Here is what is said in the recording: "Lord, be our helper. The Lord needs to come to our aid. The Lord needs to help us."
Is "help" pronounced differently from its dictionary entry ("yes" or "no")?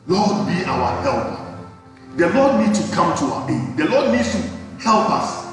no